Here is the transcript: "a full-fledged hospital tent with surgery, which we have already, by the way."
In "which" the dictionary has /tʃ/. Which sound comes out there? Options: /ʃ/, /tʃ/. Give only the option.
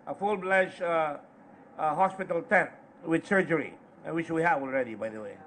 /ʃ/